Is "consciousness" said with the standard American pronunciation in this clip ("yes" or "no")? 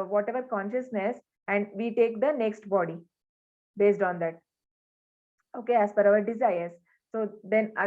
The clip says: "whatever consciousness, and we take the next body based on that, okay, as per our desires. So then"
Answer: yes